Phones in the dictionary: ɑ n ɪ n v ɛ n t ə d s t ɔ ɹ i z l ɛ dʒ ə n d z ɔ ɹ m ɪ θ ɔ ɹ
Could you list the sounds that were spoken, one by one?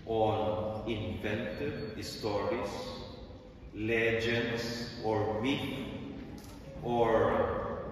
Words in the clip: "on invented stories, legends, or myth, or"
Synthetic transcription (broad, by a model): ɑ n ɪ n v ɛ n t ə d s t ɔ ɹ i s l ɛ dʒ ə n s ɔ ɹ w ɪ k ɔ ɹ